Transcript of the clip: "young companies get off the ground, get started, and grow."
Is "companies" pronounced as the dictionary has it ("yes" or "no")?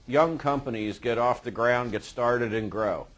yes